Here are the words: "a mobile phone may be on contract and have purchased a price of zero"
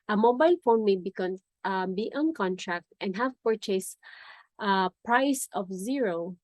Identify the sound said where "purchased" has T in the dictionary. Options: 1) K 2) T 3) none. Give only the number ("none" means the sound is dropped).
2